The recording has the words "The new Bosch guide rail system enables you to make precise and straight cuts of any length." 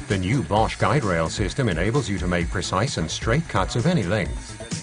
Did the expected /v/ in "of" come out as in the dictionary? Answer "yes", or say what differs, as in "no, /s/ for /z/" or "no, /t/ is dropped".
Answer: yes